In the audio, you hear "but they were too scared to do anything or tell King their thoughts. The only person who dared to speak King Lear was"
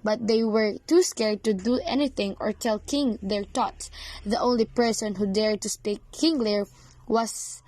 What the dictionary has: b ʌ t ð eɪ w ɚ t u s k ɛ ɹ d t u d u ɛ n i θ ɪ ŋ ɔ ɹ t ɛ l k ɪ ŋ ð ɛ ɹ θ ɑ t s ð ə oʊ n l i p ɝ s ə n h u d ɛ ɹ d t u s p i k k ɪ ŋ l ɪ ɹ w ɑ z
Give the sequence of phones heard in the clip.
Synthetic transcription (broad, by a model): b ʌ t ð eɪ w ɚ t u s k ɛ ɹ d t u d u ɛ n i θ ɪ ŋ ɔ ɹ t ɛ l k ɪ ŋ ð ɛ ɹ t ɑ t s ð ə oʊ n l i p ɝ s ə n h u d ɛ ɹ d t u s p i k k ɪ ŋ l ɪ ɹ w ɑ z